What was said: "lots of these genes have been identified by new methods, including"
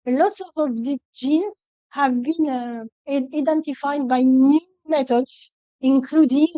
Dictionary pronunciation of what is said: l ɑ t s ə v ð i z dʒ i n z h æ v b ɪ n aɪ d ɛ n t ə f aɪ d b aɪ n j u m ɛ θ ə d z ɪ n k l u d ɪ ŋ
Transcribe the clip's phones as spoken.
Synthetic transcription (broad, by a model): l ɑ t s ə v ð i dʒ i n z h æ v b ɪ n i d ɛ n t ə f aɪ d b aɪ n j u m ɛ t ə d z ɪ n k l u d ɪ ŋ